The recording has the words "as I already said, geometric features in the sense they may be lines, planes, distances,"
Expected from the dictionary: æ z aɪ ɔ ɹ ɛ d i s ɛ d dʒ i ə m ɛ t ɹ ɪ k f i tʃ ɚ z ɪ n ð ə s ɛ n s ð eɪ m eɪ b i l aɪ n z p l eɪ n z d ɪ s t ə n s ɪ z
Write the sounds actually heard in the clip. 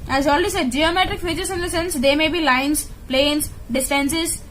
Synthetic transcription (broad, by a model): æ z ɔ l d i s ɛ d dʒ i ə m ɛ t ɹ ɪ k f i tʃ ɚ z ɪ n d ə s ɛ n s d eɪ m eɪ b i l aɪ n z p l eɪ n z d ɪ s t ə n s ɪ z